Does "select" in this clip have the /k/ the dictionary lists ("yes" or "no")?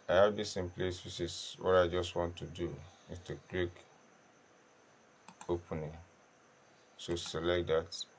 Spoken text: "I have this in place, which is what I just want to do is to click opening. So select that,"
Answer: yes